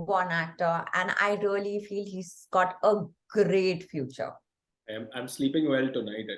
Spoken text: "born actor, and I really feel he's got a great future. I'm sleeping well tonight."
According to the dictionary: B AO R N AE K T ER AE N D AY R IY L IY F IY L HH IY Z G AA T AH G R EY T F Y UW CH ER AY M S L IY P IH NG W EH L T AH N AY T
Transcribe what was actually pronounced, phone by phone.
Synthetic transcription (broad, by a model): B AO N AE T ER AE N D AY R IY L IY F IY L HH IY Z G AA T AH G R EY T F Y UW CH ER AY M S L IY P IH NG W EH L T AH N AY T